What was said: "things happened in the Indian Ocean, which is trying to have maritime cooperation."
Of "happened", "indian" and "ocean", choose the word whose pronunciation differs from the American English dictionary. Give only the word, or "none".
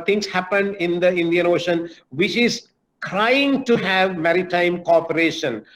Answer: none